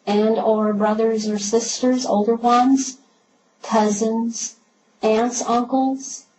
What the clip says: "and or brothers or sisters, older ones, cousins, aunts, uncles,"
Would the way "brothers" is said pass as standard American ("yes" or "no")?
yes